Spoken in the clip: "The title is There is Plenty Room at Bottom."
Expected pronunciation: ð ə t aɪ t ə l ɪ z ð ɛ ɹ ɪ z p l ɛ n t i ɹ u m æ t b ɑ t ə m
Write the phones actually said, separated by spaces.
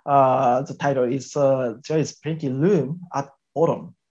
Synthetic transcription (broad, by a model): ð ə t aɪ t ə l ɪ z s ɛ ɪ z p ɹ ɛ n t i l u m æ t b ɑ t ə m